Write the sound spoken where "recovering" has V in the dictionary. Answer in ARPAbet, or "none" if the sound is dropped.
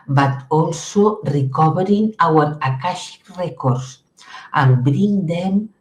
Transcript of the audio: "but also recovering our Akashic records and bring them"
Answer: B